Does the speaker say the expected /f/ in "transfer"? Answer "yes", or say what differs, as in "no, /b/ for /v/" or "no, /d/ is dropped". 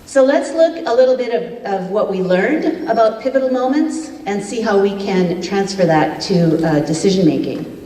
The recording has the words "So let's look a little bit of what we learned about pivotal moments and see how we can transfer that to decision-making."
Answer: yes